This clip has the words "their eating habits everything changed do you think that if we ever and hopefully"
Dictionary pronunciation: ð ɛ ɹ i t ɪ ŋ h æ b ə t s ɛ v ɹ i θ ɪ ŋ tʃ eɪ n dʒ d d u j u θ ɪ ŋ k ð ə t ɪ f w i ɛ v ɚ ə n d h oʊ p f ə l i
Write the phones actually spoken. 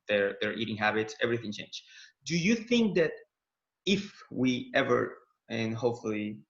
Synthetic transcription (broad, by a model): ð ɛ ɹ i t ɪ ŋ h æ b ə t s ɛ v ɹ i θ ɪ ŋ tʃ eɪ n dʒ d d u j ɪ θ ɪ ŋ k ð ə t ɪ f w i ɛ v ɚ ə n h oʊ p f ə l i